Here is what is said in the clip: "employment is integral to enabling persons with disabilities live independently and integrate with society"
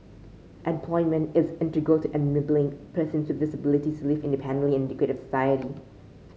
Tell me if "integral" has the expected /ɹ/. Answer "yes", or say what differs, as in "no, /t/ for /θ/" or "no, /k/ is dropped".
no, /ɹ/ is dropped